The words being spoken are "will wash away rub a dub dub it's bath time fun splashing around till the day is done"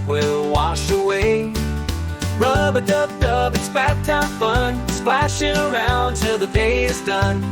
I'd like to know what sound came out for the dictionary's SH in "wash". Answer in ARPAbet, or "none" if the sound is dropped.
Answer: SH